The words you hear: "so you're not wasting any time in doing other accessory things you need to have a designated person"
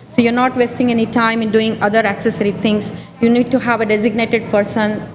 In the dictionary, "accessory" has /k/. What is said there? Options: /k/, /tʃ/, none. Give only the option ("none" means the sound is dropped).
/k/